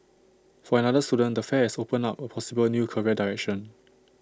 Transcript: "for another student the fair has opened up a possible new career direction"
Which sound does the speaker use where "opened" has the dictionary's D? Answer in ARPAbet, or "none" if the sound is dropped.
none